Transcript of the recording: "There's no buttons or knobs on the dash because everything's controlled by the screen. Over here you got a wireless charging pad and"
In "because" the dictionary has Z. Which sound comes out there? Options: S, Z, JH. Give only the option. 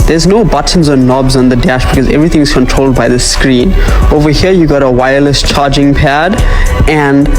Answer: Z